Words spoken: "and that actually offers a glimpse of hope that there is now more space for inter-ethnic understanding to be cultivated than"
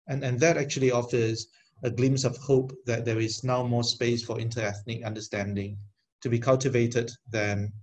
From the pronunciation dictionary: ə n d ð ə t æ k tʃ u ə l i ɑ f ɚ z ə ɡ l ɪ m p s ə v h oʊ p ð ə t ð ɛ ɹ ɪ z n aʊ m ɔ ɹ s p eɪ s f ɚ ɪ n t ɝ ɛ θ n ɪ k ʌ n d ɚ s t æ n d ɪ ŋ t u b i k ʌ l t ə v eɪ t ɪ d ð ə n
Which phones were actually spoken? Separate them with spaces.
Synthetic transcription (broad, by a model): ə n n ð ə t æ k tʃ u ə l i ɑ f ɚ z ə ɡ l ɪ m s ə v h oʊ p ð ə t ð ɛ ɹ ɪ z n aʊ m ɔ s p eɪ s f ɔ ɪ n t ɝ ɛ θ n ɪ k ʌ n d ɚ s t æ n d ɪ ŋ t u b i k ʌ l t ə v eɪ t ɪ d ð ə n